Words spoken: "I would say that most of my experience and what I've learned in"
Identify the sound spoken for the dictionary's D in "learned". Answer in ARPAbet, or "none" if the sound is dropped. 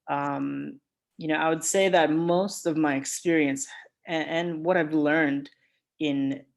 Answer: D